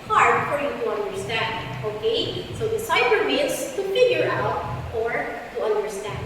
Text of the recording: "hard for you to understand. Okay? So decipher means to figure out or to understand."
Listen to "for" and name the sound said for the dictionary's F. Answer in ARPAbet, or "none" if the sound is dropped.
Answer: F